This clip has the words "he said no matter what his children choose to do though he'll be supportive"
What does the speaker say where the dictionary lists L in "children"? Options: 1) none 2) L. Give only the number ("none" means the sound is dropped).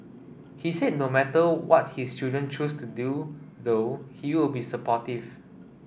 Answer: 1